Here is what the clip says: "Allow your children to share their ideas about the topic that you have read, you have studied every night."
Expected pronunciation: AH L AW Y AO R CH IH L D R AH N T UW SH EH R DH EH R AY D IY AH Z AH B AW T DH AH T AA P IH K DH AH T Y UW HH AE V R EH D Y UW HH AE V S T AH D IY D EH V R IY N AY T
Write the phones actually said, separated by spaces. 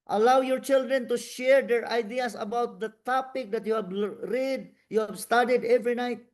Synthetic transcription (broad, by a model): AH L AW Y AO R CH IH L D R AH N T UW SH EH R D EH R AY D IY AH S AH B AW T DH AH T AA P IH K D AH T Y UW HH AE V R EH D Y UW HH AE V S T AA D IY D EH V R IY N AY T